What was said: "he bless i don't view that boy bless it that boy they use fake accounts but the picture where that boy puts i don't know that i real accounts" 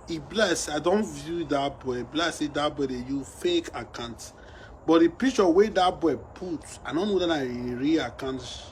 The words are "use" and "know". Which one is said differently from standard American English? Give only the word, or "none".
use